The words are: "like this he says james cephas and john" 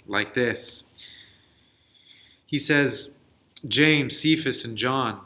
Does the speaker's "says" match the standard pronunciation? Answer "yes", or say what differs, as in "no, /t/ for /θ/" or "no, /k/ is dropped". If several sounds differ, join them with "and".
yes